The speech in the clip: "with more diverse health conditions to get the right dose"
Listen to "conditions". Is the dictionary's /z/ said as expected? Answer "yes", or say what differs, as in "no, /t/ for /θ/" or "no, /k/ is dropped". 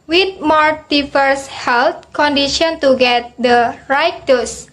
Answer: no, /z/ is dropped